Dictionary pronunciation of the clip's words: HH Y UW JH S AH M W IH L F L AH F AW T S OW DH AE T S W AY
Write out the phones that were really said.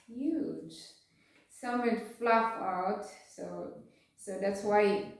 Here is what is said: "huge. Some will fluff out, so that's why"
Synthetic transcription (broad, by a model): HH Y UW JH S AH M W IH N F L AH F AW T S OW DH AE T S W AY